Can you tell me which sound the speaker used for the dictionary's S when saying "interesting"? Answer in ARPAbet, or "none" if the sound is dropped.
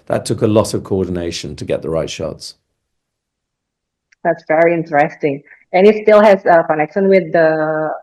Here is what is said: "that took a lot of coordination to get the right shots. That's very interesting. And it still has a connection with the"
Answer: S